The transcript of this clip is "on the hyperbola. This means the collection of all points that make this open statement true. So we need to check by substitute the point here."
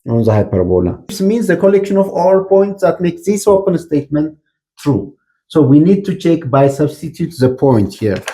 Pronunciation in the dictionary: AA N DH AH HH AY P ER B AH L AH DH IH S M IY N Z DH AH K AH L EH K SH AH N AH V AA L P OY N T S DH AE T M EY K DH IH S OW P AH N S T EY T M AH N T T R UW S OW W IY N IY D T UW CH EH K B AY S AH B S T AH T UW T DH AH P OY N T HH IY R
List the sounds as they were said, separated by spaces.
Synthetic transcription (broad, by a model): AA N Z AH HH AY P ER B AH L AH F S M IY N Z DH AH K AH L EH K SH AH N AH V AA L P OY N T S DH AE T M EY K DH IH S OW P AH N S T EY T M AH N T T R UW S OW W IY N IY D T UW CH EH K B AY S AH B S T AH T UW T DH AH P OY N T HH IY R